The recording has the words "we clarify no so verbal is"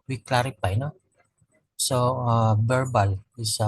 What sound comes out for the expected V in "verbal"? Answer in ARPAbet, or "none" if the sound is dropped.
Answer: B